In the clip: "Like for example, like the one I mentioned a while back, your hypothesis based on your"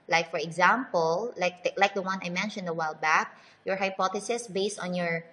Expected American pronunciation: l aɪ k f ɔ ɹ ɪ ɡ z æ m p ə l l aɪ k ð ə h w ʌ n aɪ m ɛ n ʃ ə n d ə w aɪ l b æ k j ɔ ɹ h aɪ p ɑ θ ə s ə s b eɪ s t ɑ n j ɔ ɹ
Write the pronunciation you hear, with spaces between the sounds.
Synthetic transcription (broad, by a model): l aɪ k f ɔ ɹ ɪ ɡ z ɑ m p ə l l aɪ k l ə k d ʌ n aɪ m ɛ n ʃ ə n d ə w aɪ l b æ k j ɔ ɹ h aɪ p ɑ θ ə s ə s b eɪ s t ɑ n j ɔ ɹ